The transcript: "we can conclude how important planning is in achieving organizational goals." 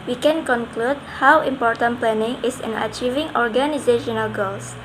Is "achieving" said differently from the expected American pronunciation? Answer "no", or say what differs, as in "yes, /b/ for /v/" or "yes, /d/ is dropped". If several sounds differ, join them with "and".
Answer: no